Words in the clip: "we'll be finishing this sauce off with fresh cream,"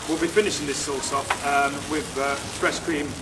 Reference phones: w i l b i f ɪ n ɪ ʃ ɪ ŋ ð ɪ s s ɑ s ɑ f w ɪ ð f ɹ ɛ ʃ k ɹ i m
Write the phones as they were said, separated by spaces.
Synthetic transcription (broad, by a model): w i l b i f ɪ n ɪ ʃ ɪ ŋ ð ɪ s s ɑ s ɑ p w ɪ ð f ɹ ɛ s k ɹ i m